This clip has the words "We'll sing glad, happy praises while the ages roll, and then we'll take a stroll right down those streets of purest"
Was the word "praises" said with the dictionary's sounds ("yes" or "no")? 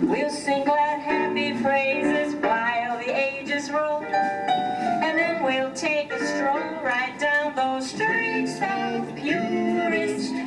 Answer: no